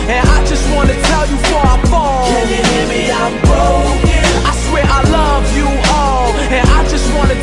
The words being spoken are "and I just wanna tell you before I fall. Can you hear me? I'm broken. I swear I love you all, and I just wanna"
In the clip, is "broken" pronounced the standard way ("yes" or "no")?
no